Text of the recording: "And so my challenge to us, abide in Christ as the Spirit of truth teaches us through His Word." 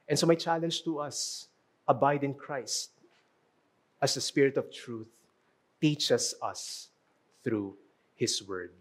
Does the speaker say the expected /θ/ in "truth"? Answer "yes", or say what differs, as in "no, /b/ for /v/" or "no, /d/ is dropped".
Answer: yes